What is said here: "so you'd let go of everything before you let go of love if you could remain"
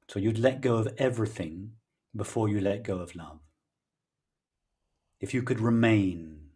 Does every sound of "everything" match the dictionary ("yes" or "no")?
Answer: yes